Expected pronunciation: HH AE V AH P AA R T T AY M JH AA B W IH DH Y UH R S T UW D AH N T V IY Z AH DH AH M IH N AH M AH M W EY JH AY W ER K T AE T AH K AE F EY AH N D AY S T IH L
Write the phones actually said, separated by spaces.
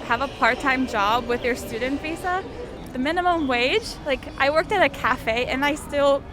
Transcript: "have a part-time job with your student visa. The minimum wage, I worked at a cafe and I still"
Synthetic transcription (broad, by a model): HH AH V AH P AA R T T AY M JH AA B W IH DH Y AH R S T UW D N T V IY S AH DH AH M IH N AH M AH M W EY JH AY W ER K T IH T AH K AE F EY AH N AY S T IH L